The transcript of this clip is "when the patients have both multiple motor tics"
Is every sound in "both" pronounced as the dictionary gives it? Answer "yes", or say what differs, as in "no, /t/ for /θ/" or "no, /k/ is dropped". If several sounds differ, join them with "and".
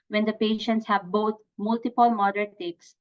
no, /t/ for /θ/